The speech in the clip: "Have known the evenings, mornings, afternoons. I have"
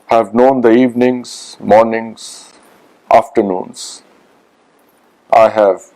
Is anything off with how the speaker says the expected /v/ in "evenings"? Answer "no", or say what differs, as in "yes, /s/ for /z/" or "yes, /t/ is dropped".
no